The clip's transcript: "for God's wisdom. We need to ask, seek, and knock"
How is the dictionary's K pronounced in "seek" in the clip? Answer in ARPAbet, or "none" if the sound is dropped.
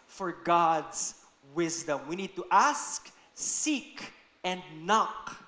K